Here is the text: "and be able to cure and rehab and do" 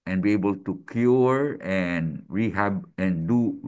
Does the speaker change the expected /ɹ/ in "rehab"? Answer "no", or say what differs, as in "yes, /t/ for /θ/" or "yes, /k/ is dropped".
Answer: no